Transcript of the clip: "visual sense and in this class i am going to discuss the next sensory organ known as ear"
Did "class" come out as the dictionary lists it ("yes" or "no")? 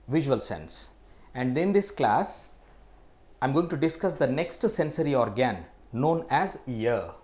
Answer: yes